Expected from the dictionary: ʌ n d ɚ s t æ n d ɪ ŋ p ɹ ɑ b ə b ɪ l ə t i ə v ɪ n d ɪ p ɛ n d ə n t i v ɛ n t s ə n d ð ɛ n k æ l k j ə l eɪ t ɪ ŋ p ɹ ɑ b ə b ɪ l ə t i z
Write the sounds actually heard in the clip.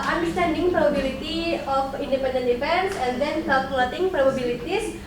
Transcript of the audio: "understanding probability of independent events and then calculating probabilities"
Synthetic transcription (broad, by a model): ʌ n d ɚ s t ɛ n d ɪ ŋ p ɹ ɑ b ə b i l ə t i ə f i n d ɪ p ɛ n d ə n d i f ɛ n s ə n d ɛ n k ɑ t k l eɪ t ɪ ŋ p ɹ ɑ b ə b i l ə t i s